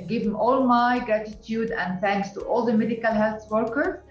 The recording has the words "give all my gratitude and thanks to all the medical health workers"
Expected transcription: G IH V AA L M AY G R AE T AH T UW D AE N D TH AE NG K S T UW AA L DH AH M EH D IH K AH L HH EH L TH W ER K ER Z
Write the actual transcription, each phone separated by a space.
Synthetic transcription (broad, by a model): G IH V AA L M AY G R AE T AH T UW D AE N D TH AE NG K S T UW AA L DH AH M EH D IH K AH L HH EH L TH W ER K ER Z